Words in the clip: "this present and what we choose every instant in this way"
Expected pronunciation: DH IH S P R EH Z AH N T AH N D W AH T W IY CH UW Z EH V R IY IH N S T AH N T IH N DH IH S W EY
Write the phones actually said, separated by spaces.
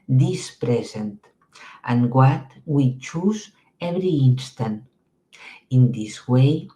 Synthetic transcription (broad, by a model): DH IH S P R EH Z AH N T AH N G W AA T W IY CH UW Z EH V R IY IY N S T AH N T IH N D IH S W EY